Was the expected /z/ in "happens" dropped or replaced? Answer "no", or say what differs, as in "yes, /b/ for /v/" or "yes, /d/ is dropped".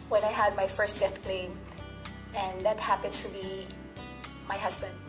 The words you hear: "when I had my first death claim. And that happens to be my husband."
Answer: yes, /s/ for /z/